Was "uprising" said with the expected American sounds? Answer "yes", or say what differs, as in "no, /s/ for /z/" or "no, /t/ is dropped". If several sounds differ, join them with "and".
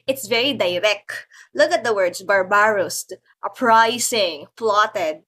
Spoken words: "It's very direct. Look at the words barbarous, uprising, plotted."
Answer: no, /s/ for /z/